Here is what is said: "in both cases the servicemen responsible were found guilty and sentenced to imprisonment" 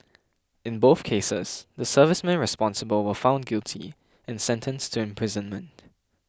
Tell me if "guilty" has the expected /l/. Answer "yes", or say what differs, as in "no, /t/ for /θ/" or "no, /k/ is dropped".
yes